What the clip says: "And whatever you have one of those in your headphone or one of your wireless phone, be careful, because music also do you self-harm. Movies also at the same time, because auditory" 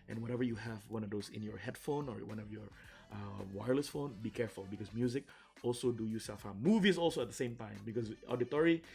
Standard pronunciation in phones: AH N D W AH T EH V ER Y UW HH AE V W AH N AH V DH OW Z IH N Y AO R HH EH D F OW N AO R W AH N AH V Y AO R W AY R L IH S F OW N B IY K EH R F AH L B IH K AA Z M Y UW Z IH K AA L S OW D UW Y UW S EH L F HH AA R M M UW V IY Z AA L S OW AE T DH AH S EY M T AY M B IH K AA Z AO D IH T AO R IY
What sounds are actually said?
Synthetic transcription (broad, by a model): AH N W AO T EH V ER Y UW HH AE V W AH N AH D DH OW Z IH N Y AO R HH EH D F OW N AO R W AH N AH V Y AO R W AY R L IH S F OW N B IY K EH R F AH L B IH K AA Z M Y UW Z IH K AA L S OW D UW Y UW S EH L F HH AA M M UW V IY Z AA L S OW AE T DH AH S EY M T AY M B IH K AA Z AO D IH T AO R IY